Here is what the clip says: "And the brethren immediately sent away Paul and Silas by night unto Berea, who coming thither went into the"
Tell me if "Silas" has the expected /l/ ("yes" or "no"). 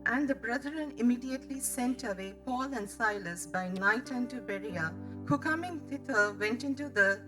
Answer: yes